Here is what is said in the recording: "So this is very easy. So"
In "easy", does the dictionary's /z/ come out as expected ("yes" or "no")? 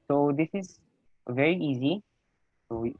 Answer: yes